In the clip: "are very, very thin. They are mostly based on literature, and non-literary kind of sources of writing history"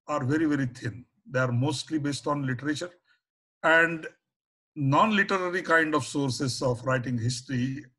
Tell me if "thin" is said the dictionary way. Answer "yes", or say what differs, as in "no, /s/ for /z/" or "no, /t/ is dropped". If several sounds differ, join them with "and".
no, /t/ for /θ/